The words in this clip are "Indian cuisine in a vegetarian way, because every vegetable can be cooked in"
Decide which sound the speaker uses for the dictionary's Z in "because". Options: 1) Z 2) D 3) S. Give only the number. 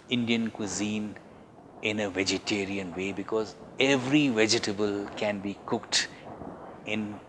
1